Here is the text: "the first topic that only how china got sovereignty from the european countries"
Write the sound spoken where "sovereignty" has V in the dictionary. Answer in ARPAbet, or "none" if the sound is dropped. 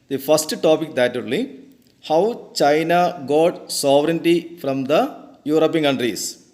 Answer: V